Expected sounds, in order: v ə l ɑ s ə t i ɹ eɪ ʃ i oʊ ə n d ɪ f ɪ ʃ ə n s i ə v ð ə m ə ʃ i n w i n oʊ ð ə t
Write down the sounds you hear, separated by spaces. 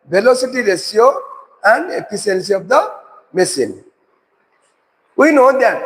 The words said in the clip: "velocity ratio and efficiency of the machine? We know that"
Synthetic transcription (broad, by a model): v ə l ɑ s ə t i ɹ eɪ s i oʊ ə n d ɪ p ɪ s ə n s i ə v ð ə m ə s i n w i n oʊ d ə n